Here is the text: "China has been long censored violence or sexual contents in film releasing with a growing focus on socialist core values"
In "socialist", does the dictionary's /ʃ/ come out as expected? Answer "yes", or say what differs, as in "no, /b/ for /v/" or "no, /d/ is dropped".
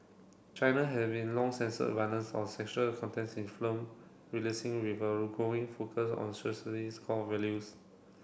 no, /s/ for /ʃ/